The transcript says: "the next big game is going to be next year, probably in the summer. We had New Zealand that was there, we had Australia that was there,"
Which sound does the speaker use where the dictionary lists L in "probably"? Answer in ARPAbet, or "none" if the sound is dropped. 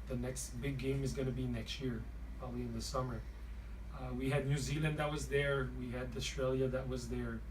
L